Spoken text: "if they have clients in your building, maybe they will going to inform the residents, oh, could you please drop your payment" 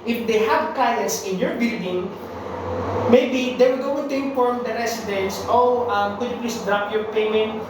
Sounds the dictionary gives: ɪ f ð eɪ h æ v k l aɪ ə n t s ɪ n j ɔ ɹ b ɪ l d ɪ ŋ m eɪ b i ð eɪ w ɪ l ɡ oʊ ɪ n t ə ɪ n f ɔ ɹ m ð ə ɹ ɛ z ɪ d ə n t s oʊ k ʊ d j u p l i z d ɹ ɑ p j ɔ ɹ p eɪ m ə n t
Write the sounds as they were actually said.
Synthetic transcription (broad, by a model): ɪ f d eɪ h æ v k aɪ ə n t s ɪ n j ɔ ɹ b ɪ l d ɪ ŋ m eɪ b i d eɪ w ɪ l ɡ oʊ ɪ n t ə ɪ n f ɔ ɹ m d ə ɹ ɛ s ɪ d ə n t s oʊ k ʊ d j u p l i s d ɹ ɑ p j ɔ ɹ p eɪ m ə n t